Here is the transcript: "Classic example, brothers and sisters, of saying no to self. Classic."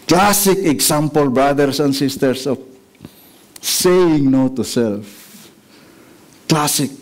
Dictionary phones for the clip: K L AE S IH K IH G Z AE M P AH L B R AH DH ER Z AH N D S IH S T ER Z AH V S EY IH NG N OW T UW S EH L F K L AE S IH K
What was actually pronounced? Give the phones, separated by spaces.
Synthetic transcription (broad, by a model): K L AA S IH K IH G S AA M P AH L B R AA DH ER S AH N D S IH S T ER S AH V S EY IH NG N OW T UW S EH L F K L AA S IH K